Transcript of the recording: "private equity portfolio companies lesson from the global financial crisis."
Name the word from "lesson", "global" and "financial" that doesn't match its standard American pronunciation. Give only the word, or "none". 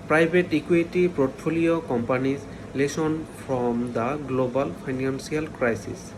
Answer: financial